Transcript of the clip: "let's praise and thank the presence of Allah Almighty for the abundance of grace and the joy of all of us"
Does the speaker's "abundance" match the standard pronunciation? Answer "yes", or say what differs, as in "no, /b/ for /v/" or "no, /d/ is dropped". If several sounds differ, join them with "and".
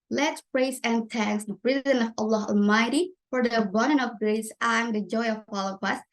no, /s/ is dropped